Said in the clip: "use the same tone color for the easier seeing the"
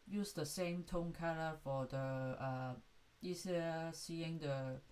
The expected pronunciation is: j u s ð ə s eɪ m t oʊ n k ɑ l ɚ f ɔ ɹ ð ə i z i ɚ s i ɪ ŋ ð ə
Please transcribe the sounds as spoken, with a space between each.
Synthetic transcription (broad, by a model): j u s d ə s eɪ m t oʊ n k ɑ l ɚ f ɔ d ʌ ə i s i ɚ s i ɪ ŋ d ə